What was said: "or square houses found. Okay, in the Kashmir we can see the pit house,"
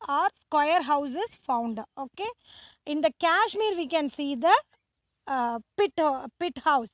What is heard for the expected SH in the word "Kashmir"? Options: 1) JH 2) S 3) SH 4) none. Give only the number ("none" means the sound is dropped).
3